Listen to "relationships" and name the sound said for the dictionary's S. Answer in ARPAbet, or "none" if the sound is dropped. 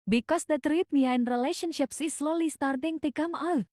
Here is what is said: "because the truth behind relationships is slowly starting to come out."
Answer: S